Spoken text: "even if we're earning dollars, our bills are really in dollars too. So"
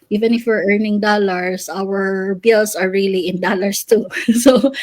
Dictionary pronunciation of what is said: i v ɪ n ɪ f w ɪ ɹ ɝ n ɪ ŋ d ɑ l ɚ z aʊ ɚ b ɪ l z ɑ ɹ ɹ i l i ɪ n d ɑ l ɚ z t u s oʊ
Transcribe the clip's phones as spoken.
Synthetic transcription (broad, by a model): i v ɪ n ɪ f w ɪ ɹ ɝ n ɪ ŋ d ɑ l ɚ s aʊ ɚ b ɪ l s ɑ ɹ ɹ i l i ɪ n d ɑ l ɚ s t u s oʊ